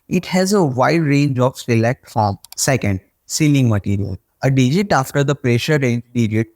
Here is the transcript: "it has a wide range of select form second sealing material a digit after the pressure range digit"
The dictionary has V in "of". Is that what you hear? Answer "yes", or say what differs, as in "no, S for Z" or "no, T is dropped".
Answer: no, P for V